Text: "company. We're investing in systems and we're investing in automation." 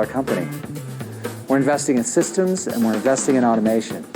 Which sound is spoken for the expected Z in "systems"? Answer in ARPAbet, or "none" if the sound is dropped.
Z